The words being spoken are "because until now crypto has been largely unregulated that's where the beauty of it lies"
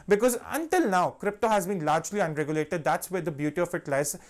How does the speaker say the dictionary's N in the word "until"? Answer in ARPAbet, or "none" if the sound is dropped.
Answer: N